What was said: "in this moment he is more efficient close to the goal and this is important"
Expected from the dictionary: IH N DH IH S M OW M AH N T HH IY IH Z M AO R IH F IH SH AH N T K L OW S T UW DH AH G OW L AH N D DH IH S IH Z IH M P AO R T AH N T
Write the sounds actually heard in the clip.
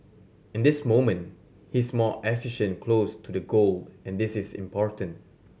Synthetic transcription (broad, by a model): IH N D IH S M OW M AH N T HH IY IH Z M AO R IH F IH SH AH N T K L OW S T UW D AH G OW L AH N D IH S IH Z IH M P AO R T AH N T